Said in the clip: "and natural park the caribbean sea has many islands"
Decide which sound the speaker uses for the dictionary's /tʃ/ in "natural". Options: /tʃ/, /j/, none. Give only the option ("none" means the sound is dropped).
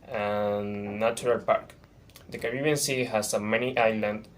none